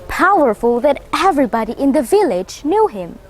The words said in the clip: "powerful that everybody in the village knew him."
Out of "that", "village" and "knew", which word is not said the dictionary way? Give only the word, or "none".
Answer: none